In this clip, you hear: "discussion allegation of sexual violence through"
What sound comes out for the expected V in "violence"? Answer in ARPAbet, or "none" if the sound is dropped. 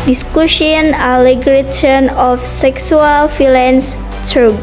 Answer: F